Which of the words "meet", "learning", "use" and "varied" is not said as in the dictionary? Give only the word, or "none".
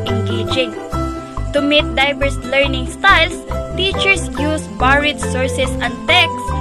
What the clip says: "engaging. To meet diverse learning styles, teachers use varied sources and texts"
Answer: varied